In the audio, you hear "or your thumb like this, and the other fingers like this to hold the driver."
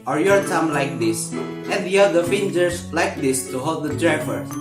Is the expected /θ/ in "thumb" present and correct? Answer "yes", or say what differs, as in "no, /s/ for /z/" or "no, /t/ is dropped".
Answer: no, /t/ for /θ/